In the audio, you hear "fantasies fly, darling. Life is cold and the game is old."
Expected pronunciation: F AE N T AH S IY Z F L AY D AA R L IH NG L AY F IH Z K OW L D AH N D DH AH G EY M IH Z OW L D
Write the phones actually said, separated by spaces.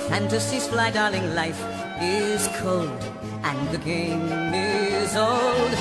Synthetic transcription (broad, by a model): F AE N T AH S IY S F L AY D AA R L IH NG L AY F IH Z K OW L D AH N DH AH G EY M IH Z OW L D